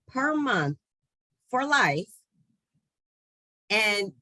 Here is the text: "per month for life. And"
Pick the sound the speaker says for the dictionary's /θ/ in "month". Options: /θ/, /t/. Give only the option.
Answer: /θ/